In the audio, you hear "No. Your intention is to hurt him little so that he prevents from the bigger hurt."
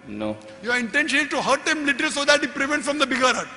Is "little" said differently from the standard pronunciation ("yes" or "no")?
no